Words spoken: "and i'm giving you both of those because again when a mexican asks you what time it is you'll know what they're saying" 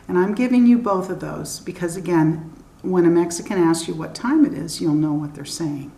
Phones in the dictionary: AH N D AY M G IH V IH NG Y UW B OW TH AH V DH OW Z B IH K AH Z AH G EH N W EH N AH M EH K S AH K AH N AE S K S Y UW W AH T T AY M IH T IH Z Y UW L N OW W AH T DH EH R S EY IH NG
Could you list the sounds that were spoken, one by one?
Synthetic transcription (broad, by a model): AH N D AY M G IH V IH NG Y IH B OW TH AH V DH OW Z B IH K AH Z AH G EH N W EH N AH M EH K S AH K AH N AE S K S Y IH W AH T T AY M IH T IH Z Y UW L N OW W AH T DH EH R S EY IH NG